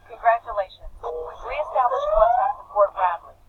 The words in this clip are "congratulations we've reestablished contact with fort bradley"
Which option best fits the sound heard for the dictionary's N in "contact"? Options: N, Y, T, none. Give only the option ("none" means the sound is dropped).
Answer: none